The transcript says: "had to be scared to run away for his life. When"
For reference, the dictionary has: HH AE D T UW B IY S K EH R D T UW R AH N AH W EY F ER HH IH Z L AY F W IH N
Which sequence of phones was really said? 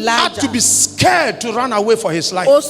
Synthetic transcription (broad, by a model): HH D T UW B IY S K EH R D T UW R AH N AH W EY F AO HH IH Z L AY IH